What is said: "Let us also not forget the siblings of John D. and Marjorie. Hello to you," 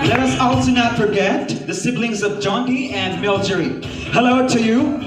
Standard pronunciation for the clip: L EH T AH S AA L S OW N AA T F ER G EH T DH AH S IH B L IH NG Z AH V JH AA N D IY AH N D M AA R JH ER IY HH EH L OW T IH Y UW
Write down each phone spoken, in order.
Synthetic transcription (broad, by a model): L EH T AH S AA L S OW N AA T F ER G EH T DH AH S IH B L IH NG Z AH V JH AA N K IY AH N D M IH L JH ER IY HH EH L OW T IH Y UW